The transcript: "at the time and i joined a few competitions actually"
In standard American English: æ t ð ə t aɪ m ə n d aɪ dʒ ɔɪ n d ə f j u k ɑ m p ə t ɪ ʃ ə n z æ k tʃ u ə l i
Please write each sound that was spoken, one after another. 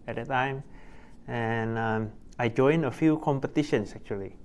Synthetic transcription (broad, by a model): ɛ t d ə t aɪ m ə n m aɪ dʒ ɔɪ n ə f j u k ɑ m p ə t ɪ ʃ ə n s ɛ k tʃ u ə l i